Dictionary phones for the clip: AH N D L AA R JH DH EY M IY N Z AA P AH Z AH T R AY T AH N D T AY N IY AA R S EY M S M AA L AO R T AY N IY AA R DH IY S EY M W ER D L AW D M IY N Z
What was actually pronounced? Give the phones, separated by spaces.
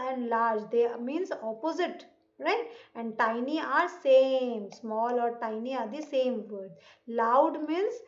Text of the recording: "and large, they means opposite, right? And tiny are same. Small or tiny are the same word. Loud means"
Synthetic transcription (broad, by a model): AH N D L AA R JH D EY M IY N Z AA P AH Z AH T R AY T AH N D T AY N IY AA R S EY M S M AA L AO R T AY N IY AA R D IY S EY M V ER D L AW D M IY N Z